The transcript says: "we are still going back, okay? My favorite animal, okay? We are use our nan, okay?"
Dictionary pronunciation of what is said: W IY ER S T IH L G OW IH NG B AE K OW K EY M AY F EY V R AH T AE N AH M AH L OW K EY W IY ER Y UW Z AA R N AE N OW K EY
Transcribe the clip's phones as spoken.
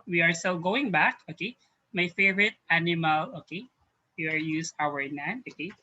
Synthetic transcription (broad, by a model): W IY ER S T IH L G OW IH NG B AE K OW K EY M AY F EY V R AH T AE N AH M AH L OW K EY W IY ER Y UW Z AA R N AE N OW K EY